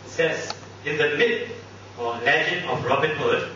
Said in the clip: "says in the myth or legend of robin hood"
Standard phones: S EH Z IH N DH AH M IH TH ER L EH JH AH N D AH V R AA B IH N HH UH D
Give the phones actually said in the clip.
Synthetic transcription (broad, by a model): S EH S IH N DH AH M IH T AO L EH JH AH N AH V R AA B IH N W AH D